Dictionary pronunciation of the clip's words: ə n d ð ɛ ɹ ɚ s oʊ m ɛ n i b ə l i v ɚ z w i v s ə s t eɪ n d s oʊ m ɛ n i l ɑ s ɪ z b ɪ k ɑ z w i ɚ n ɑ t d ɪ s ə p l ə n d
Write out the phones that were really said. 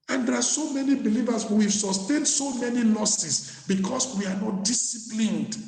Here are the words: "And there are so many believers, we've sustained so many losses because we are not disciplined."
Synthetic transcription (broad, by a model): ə n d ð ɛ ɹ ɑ s oʊ m ɛ n i b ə l i v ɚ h w i v s ə s t eɪ n d s oʊ m ɛ n i l ɑ s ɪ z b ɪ k ɑ s w i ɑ n ɑ t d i s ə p l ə n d